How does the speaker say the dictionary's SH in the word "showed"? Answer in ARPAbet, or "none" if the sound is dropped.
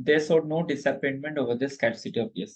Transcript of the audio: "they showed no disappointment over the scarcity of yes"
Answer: S